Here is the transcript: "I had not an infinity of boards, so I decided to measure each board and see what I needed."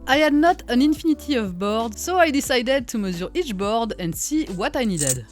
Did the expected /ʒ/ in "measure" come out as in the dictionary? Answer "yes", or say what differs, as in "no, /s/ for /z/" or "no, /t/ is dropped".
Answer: no, /z/ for /ʒ/